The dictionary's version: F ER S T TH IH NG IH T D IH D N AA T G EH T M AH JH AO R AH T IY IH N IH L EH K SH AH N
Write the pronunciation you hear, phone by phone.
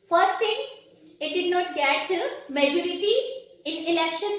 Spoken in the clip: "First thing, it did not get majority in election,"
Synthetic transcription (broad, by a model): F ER S T T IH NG IH T D IH D N AA T G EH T M AH JH AO R AH T IY IH N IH L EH K SH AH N